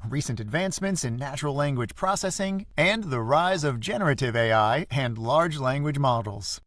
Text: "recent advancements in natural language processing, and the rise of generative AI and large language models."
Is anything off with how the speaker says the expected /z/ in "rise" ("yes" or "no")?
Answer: no